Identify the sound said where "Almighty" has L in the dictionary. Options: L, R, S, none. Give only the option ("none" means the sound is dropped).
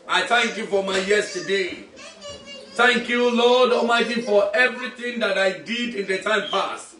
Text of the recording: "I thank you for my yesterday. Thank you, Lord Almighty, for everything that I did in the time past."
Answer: none